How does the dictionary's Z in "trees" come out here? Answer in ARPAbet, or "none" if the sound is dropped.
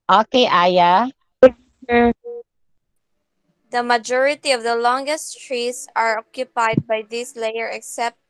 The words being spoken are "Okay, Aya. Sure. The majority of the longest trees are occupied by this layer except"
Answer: S